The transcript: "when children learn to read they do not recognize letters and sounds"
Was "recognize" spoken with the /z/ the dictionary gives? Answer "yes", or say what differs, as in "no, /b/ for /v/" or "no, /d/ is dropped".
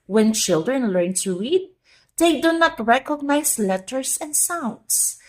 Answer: no, /s/ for /z/